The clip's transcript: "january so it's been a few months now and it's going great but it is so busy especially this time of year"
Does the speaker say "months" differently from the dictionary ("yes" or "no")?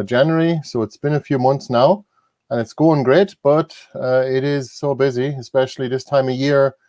no